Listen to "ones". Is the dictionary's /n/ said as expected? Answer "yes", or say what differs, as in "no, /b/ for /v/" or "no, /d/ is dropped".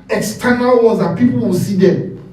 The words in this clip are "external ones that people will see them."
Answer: no, /n/ is dropped